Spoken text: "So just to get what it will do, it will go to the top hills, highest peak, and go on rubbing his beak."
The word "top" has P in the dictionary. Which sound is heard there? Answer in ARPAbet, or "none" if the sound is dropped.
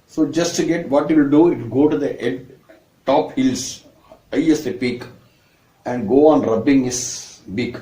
P